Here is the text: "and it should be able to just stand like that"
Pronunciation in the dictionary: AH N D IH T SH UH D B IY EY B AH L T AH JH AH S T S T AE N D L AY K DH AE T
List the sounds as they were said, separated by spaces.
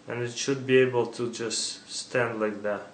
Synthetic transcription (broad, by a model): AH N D IH T SH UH D B IY EY B AH L T AH JH AH S T S T AE N D L AY K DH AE T